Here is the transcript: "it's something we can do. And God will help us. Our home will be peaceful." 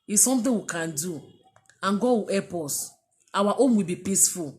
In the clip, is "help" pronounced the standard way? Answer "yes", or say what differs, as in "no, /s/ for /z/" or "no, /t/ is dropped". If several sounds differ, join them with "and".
no, /l/ is dropped